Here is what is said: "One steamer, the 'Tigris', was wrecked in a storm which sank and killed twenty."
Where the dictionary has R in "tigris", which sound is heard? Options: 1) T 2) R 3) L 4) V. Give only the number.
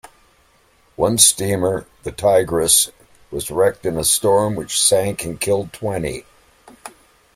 2